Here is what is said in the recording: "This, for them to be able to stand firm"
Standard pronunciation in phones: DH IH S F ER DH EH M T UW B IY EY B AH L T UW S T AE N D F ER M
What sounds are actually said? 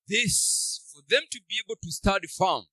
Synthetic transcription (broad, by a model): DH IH S F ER DH EH M T UW B IY EY B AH L T UW S T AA D F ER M